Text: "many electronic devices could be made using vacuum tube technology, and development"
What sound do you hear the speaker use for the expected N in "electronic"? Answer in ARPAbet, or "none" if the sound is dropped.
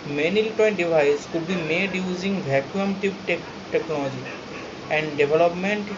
none